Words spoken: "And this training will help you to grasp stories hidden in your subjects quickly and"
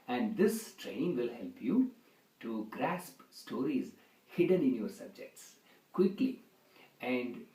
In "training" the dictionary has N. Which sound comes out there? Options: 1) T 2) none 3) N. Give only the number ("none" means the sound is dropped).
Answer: 2